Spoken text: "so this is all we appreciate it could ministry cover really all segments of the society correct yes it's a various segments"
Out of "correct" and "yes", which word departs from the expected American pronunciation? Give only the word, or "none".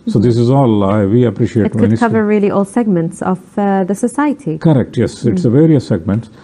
none